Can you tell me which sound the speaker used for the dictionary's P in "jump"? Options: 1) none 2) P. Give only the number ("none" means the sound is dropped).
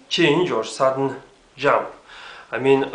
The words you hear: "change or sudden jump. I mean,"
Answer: 1